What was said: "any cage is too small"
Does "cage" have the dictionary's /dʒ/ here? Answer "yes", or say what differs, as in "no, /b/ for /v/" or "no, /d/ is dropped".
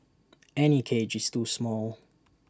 yes